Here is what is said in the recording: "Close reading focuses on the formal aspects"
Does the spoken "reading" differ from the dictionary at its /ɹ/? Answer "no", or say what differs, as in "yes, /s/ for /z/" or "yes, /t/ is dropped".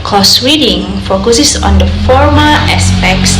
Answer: yes, /w/ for /ɹ/